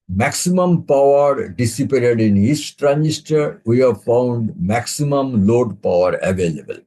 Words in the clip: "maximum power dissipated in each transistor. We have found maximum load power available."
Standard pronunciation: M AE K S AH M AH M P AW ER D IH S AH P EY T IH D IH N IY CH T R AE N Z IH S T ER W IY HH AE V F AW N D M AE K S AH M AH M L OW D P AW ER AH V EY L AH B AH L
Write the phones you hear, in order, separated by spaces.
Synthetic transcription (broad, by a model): M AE K S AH M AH M P AW ER D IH S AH P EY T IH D IH N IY S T R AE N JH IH S T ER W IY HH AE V F AW N D M AE K S AH M AH M L OW D P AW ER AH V EY L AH B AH L